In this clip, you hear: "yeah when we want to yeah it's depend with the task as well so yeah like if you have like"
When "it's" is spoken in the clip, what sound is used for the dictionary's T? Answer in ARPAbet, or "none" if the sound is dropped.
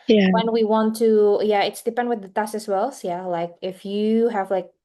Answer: T